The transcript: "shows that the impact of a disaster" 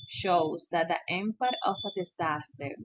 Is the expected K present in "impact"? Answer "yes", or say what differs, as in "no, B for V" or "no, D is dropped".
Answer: no, K is dropped